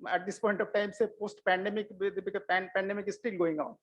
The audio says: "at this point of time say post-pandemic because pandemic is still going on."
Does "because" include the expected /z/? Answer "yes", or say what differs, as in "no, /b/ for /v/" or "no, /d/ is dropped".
no, /z/ is dropped